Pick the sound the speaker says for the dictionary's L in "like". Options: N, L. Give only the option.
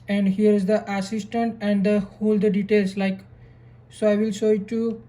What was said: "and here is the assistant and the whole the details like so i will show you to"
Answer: L